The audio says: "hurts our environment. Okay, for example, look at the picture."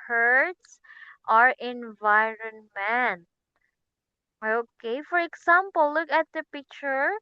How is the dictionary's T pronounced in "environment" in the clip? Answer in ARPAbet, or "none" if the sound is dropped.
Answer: none